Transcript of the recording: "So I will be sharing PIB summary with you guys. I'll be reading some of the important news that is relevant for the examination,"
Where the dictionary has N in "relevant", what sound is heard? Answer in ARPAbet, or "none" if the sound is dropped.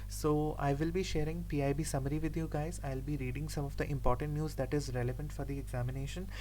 N